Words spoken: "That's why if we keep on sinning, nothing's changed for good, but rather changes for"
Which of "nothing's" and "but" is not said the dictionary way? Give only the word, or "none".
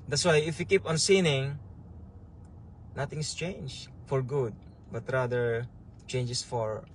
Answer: nothing's